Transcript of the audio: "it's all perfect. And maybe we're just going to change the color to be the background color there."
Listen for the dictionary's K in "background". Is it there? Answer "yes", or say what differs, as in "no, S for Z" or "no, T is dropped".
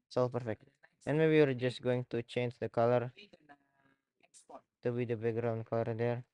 no, K is dropped